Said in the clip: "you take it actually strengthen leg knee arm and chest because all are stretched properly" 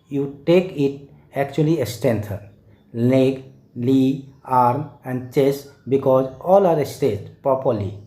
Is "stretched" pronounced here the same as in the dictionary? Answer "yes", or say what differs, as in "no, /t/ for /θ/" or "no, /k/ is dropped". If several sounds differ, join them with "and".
no, /ɹ/ is dropped